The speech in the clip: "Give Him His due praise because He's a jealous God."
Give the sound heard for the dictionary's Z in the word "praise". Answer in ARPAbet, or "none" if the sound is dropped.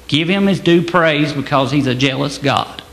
Z